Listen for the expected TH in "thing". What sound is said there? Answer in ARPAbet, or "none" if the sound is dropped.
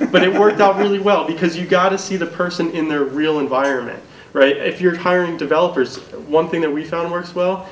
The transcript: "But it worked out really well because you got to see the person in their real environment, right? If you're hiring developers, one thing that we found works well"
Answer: TH